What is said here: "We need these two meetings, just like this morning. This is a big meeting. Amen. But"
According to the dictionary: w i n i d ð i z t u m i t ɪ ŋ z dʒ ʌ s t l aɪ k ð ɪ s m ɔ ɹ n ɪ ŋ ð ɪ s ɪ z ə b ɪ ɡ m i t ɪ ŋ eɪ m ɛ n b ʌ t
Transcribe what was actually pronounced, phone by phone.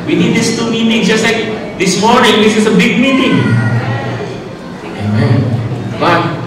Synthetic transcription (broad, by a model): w i n i d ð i s t u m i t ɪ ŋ dʒ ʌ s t l aɪ k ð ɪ s m ɔ ɹ n ɪ ŋ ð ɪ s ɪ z ə b ɪ ɡ m i t ɪ ŋ eɪ m ɛ n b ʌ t